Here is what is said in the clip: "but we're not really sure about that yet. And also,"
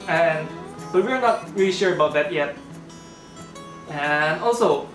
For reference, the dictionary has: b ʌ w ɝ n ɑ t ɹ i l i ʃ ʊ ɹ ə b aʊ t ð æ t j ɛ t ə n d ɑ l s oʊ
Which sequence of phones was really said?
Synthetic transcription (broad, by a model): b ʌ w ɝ n ɑ t ɹ i l i ʃ ʊ ɹ ə b aʊ t ð æ t j ɛ t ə n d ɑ l s oʊ